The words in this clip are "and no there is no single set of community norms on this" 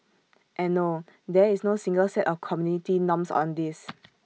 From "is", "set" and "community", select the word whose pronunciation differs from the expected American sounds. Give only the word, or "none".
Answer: is